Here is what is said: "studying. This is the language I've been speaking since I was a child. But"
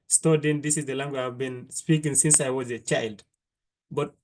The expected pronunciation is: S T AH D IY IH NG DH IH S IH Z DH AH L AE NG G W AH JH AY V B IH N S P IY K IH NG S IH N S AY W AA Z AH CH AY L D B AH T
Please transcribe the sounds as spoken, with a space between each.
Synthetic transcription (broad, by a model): S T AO D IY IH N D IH S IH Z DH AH L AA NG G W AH AY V B IH N S P IY K IH NG S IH N S AY W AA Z AH CH AY L D B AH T